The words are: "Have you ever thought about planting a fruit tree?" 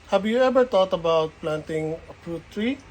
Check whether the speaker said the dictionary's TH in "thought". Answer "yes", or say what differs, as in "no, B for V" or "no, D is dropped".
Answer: no, T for TH